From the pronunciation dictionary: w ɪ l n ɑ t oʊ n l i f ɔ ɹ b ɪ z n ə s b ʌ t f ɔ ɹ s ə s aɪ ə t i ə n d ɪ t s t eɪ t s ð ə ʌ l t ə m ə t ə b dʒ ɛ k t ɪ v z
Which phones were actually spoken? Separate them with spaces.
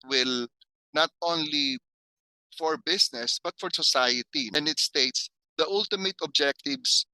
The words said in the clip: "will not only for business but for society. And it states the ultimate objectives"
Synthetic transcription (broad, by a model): w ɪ l n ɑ t oʊ n l i f ɔ ɹ b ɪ s n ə s b ʌ t f ɔ ɹ s ə s aɪ ə t i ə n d ɪ t s t eɪ t s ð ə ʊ l t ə m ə t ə b dʒ ɛ k t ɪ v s